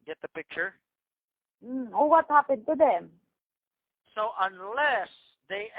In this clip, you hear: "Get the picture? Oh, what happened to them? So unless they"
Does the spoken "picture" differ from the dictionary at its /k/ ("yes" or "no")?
no